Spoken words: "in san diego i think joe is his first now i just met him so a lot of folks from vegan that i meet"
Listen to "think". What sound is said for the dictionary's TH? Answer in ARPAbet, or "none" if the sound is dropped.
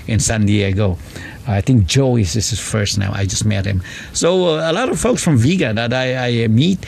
T